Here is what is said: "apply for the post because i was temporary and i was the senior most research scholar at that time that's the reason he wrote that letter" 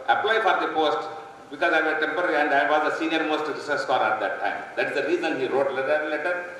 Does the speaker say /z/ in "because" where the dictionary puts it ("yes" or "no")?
yes